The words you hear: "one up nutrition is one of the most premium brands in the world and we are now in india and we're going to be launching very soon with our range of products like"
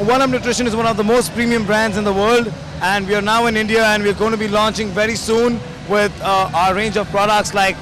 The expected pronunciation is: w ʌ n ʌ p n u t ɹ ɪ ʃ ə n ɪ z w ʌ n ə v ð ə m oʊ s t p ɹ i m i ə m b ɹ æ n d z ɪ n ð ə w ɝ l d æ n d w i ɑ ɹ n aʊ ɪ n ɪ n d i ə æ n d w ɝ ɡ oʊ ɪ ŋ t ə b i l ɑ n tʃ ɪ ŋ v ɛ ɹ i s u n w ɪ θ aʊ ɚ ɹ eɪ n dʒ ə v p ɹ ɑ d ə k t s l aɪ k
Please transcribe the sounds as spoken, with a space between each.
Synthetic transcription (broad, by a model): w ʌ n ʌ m n u t ɹ ɪ ʃ ə n ɪ z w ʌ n ə v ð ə m oʊ s t p ɹ i m i ə m b ɹ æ n d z ɪ n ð ə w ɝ l d æ n d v i ɑ ɹ n aʊ ɪ n ɪ n d i ə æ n d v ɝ ɡ oʊ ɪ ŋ t ə b i l ɑ n tʃ ɪ ŋ v ɛ ɹ i s u n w ɪ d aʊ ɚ ɹ eɪ n dʒ ə v p ɹ ɑ d ə k t s l aɪ k